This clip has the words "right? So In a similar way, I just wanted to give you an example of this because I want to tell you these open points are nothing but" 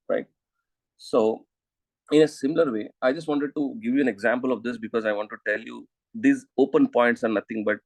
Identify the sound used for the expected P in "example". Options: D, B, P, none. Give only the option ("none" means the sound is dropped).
P